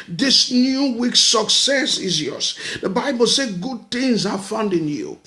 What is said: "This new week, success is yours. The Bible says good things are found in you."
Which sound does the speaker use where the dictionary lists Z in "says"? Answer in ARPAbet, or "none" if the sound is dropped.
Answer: none